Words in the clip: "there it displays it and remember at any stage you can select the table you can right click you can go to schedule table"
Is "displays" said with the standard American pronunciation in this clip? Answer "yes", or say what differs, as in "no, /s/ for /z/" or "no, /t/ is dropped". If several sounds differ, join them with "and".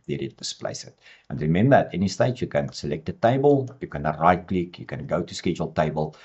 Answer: no, /s/ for /z/